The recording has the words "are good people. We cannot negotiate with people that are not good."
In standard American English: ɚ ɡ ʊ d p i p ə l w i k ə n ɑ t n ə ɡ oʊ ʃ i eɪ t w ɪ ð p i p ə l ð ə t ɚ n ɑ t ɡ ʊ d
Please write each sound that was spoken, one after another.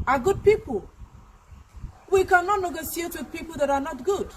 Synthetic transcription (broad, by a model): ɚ ɡ ʊ d p i p ə l w i k ə n ɑ t n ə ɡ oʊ s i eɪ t w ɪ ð p i p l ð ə t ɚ n ɑ t ɡ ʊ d